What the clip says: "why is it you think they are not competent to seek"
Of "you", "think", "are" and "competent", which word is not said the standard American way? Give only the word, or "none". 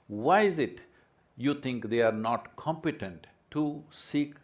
think